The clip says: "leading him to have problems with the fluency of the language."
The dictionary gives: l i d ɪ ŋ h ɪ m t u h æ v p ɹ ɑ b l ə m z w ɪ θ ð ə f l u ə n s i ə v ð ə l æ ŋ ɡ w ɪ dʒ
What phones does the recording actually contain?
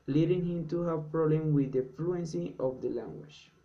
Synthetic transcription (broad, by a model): l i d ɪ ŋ h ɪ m t u h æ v p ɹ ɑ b l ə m w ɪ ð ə f l u ə n s i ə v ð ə l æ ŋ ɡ w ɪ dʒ